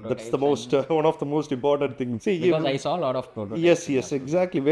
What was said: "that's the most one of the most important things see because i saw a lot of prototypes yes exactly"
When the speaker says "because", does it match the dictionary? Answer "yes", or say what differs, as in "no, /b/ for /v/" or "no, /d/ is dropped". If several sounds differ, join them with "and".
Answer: no, /z/ is dropped